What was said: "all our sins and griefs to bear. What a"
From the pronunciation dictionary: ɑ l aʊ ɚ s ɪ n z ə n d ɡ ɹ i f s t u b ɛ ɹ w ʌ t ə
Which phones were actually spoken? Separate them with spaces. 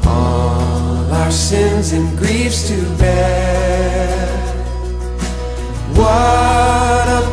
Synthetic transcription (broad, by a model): ɑ l aʊ ɚ s ɪ n z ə n ɡ ɹ i f s t u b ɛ w ʌ t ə